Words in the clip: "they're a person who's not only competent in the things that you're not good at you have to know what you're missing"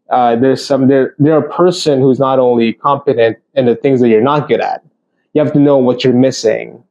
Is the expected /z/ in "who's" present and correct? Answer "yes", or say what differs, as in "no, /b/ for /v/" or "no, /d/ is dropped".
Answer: yes